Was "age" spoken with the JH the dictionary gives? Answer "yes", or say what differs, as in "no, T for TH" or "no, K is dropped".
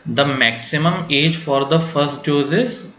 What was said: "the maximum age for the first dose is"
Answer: yes